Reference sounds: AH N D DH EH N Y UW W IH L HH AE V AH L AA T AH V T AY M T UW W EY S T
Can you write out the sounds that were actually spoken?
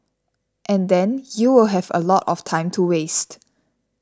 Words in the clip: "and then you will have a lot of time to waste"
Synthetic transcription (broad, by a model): AH N D EH N Y UW W IH L HH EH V AH L AA T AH F T AY M T UW W EY S T